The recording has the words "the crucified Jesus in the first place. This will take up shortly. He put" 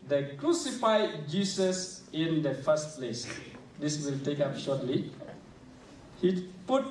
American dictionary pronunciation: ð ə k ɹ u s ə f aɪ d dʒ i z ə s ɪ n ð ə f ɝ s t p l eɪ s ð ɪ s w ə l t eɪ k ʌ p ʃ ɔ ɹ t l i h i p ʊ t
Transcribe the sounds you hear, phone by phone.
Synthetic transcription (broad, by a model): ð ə k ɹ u s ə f aɪ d dʒ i s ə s ɪ n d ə f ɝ s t p l eɪ s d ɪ s w ə l t eɪ k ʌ p ʃ ɔ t l i h i p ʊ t